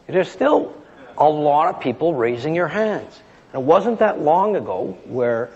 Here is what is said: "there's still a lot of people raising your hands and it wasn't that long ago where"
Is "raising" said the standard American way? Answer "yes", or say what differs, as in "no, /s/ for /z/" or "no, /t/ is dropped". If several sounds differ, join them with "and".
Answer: yes